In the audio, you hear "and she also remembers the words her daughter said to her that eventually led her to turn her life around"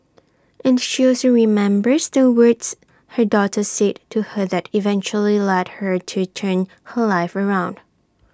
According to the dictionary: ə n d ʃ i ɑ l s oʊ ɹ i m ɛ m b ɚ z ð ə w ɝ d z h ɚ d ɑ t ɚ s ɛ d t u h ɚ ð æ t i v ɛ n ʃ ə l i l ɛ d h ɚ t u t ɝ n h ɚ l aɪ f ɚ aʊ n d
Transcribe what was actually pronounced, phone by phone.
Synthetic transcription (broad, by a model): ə n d ʃ i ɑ s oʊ ɹ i m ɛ m b ɚ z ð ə w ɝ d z h ɚ d ɑ t ɚ s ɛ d t u h ɚ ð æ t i v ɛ n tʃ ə l i l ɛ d h ɚ t u t ɝ n h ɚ l aɪ f ɚ aʊ n d